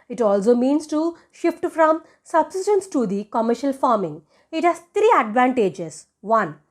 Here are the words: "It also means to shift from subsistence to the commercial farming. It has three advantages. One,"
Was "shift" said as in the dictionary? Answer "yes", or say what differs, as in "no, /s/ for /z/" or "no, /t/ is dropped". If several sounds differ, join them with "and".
yes